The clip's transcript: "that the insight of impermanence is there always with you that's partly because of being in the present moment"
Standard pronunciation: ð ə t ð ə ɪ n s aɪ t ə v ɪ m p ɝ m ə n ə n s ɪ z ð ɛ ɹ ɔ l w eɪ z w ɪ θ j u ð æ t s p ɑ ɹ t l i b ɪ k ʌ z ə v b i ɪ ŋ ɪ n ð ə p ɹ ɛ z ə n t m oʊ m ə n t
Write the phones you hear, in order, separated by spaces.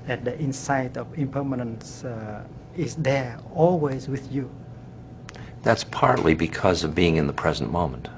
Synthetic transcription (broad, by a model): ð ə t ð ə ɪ n s aɪ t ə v ɪ m p ɝ m ə n ə n s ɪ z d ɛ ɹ ɔ l w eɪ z w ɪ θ j u ð æ t s p ɑ ɹ t l i b ɪ k ʌ z ə v b i ɪ ŋ ɪ n ð ə p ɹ ɛ z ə n m oʊ m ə n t